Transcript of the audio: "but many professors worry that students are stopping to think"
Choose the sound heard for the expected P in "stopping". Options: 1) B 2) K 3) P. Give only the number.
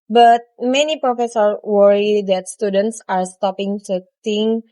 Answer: 3